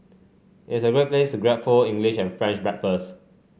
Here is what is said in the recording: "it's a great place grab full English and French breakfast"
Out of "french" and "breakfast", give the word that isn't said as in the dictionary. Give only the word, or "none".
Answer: breakfast